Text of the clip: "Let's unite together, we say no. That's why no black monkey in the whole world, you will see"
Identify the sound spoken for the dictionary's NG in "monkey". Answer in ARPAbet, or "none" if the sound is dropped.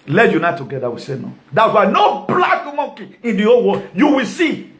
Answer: none